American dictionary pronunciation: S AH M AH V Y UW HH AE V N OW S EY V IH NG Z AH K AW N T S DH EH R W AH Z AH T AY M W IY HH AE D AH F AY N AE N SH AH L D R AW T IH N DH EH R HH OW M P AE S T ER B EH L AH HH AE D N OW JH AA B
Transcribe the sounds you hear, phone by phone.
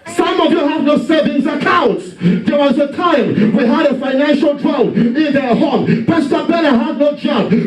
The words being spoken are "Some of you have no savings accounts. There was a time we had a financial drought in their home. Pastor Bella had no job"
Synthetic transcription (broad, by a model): S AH M AH V Y UW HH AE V N OW S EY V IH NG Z AH K AW N T S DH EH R W AH Z AH T AY M W IY HH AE D AH F AY N AE N SH AH L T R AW IH N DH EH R HH OW M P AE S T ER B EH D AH HH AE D N OW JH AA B